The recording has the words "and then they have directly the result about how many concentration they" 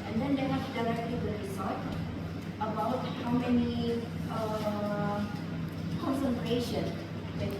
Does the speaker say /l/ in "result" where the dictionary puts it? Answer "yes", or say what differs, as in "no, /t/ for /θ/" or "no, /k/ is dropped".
no, /l/ is dropped